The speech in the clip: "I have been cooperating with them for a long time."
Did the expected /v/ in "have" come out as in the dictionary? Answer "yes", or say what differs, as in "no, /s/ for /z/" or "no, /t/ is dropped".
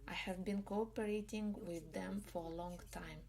yes